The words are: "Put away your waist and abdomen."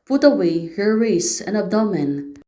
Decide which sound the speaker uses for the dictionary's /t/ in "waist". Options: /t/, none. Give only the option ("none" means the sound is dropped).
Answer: none